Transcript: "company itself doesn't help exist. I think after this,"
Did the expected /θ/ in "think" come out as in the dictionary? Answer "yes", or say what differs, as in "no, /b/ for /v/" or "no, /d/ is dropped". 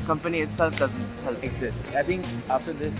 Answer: no, /t/ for /θ/